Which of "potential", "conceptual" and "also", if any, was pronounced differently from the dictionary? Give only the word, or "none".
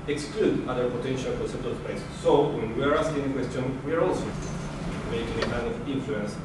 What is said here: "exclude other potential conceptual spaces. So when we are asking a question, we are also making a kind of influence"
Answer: conceptual